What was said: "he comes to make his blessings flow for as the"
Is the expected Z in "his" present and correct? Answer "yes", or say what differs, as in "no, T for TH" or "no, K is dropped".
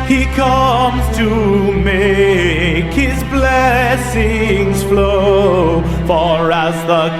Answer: yes